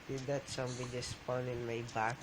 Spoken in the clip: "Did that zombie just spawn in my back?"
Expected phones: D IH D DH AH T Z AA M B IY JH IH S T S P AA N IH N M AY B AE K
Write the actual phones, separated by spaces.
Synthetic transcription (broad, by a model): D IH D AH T S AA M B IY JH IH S S P AA N IH N M AY B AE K